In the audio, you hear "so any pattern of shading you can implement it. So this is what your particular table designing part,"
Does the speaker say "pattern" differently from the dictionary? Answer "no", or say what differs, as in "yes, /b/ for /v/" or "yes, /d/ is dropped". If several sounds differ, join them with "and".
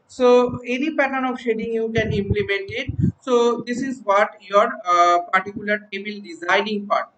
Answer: yes, /n/ is dropped